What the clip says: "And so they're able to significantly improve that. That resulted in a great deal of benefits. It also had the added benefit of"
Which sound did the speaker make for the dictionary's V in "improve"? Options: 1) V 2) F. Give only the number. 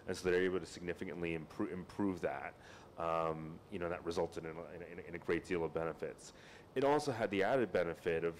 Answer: 1